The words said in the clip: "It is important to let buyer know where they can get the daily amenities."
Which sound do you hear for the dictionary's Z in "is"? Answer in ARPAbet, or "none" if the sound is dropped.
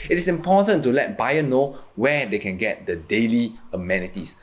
S